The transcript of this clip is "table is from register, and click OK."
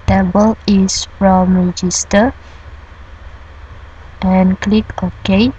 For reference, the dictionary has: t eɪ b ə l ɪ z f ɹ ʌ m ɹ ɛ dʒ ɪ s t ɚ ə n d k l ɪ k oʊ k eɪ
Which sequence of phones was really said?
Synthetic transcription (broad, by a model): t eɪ b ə l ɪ s f ɹ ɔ m ɹ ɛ dʒ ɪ s t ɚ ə n k l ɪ k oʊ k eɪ